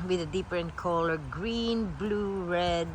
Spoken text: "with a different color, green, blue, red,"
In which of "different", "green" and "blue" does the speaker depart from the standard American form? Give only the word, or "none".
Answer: different